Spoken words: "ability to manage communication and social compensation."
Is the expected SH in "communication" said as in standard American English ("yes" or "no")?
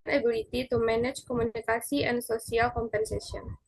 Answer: no